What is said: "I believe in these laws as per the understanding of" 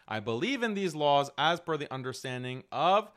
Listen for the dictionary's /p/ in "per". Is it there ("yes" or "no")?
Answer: no